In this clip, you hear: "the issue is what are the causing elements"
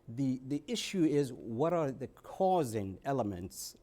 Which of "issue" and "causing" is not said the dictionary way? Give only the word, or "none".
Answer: none